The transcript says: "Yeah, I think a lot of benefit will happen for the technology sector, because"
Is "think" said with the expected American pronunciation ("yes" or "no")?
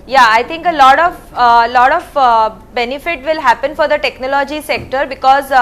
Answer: no